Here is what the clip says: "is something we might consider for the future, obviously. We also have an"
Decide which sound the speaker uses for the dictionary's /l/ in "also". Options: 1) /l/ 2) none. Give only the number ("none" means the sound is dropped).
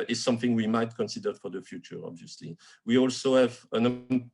1